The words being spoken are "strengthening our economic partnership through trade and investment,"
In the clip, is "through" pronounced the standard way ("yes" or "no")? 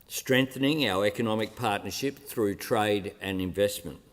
yes